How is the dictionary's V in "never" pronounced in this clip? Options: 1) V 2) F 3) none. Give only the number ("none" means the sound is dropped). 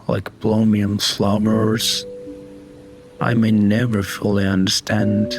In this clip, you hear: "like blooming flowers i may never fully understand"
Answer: 1